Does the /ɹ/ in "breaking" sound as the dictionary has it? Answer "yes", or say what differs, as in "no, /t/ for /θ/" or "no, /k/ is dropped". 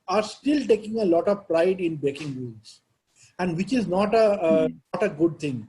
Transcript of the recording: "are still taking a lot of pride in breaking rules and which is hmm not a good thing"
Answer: no, /ɹ/ is dropped